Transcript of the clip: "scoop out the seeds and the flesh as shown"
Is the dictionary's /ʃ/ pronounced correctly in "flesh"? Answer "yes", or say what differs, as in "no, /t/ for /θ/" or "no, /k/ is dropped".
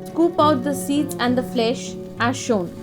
yes